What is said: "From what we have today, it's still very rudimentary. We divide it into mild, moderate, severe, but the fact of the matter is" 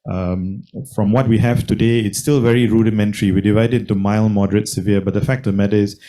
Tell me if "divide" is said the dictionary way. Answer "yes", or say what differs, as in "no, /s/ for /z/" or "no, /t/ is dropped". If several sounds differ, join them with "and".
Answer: yes